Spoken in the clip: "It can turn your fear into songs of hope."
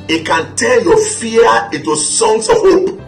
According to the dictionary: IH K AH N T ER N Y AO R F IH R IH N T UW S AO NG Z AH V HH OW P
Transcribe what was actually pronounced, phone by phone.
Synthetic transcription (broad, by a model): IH K AH N T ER L Y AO F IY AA IH N T UW S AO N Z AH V HH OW P